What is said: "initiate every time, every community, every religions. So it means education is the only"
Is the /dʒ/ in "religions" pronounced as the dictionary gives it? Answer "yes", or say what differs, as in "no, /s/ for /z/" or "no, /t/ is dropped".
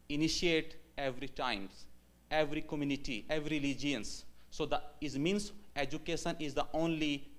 no, /dʒ/ is dropped